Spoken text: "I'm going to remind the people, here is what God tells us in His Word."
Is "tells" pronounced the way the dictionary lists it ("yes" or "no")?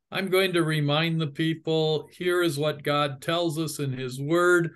yes